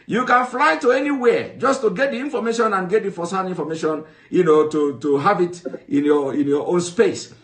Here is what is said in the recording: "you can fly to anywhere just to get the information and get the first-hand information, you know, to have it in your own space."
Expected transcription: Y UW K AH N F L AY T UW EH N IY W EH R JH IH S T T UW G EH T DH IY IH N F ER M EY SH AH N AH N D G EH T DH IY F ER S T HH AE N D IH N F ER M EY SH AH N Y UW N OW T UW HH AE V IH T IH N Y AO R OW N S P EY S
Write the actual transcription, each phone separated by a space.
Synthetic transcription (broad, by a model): Y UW K AH N F L AY T UW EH N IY W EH JH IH S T T UW G EH T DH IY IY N F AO M EY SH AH N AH N G EH T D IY F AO S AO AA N IY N F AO M EY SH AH N Y UW N OW T UW HH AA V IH T IH N Y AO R OW N S P EY S